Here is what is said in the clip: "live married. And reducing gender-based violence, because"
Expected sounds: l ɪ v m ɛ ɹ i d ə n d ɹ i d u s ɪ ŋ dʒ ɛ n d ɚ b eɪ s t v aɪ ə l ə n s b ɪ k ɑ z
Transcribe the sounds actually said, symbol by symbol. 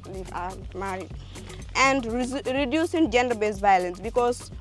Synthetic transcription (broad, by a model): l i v m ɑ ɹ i ə n d ɹ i d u s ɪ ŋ dʒ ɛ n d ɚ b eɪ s v aɪ ə l ə n s b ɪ k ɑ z